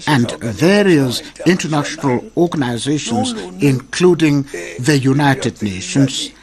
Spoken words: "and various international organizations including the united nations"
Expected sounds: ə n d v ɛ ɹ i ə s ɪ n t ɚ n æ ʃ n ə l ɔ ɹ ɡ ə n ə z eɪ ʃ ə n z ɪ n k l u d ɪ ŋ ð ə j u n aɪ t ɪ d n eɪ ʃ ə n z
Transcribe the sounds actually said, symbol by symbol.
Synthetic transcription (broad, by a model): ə n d v ɛ ɹ i ə s ɪ n t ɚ n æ ʃ n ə l ɔ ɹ ɡ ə n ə z eɪ ʃ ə n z ɪ n k l u d ɪ ŋ ð ə j u n aɪ t ɪ d n eɪ ʃ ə n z